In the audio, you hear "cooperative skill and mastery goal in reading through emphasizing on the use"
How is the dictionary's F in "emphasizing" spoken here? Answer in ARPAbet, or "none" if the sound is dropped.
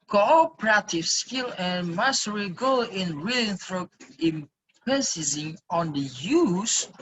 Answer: P